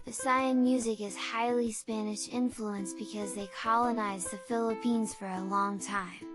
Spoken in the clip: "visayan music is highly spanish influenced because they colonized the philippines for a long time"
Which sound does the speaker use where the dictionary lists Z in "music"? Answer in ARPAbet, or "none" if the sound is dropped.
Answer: Z